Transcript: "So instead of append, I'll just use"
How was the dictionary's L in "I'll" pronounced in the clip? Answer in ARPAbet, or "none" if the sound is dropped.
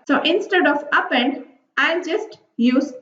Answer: N